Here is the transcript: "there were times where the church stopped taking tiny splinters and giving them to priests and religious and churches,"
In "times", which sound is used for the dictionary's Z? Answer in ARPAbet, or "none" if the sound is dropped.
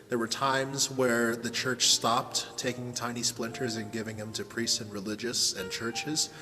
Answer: Z